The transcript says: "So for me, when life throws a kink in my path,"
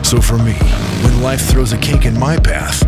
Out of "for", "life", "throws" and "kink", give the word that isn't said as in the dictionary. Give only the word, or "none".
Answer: kink